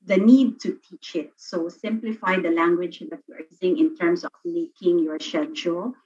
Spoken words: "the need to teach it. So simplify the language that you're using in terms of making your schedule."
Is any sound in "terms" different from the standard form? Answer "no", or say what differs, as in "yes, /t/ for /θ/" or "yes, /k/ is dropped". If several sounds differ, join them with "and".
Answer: yes, /s/ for /z/